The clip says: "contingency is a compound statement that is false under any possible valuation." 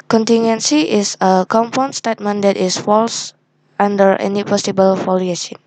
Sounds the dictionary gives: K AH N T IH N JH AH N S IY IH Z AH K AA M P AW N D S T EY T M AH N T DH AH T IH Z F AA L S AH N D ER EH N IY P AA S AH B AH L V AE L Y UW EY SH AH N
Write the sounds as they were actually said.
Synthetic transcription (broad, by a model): K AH N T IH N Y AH N S IY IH S AH K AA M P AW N S T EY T M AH N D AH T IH S F AA L S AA N D ER EH N IY P AA S AH B AH L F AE L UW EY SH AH N